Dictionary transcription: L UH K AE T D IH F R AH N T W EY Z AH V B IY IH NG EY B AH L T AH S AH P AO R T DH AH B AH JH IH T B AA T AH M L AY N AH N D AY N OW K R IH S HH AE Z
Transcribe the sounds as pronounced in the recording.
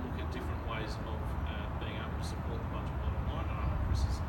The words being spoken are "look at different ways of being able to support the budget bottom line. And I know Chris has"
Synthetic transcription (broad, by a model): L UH K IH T D IH F R AH N T W EY Z AH V B IY IH NG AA AH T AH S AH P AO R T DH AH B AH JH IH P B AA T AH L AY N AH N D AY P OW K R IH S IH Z